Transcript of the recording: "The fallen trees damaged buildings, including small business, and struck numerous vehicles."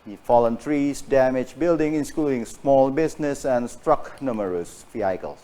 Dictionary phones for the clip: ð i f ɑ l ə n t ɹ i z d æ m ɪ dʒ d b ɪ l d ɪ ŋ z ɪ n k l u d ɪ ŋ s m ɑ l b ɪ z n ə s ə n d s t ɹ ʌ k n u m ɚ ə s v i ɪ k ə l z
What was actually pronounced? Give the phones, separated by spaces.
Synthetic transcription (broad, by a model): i f ɑ l ə n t ɹ i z d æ m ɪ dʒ b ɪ l d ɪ ŋ ɪ n k l u d ɪ ŋ s m ɑ l b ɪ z n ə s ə n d s t ɹ ʌ k n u m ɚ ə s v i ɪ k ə l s